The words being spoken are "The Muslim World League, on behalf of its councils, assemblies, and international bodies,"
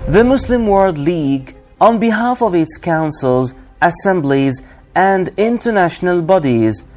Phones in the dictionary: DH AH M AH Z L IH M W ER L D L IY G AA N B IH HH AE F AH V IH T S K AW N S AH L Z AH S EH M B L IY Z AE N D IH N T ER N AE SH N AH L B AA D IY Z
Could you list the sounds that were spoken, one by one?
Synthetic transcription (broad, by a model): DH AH M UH S L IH M W ER L D L IY G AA N B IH HH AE F AH V IH T S K AW N S AH L Z AH S EH M B L IY Z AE N D IH N T ER N AE SH N AH L B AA D IY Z